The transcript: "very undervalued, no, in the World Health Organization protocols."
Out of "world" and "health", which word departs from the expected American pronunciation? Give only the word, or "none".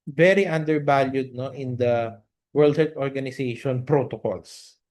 health